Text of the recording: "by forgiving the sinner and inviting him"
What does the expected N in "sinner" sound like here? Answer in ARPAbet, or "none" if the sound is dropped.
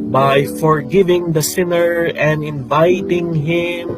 N